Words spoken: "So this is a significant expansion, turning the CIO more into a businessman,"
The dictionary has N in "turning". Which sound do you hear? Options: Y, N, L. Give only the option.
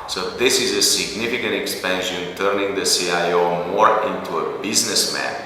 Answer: N